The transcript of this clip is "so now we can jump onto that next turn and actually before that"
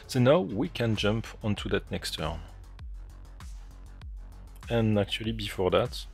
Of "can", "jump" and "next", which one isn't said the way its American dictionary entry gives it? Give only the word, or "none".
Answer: none